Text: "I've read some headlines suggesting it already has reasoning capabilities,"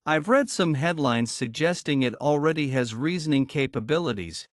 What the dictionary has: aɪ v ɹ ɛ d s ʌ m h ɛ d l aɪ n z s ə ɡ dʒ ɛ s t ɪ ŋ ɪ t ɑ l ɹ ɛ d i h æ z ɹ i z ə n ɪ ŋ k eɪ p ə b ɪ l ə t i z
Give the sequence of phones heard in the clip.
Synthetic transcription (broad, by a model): aɪ v ɹ ɛ d s ʌ m h ɛ d l aɪ n z s ə ɡ dʒ ɛ s t ɪ ŋ ɪ t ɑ l ɹ ɛ d i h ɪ z ɹ i z ə n ɪ ŋ k eɪ p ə b ɪ l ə t i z